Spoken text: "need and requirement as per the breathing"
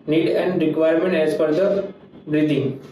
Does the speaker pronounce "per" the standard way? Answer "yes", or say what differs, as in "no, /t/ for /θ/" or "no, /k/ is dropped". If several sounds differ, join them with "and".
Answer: no, /f/ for /p/